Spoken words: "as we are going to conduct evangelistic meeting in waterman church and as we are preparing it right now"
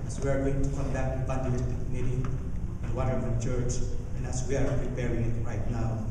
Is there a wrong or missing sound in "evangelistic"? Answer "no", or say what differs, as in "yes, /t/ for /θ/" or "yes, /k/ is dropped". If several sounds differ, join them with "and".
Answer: yes, /b/ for /v/ and /n/ is dropped